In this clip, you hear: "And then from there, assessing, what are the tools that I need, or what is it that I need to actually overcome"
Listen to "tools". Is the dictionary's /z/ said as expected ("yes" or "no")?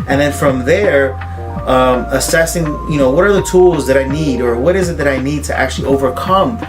yes